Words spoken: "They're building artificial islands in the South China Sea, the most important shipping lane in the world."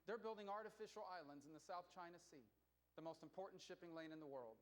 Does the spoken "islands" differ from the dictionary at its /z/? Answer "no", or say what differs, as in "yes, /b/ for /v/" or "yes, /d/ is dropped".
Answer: no